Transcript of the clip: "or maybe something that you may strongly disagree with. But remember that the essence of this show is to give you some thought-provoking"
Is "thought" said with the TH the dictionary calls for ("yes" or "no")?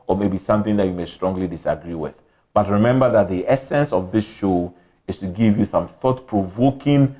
yes